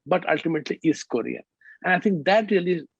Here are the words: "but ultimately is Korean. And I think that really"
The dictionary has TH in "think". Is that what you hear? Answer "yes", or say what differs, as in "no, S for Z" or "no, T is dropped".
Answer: no, T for TH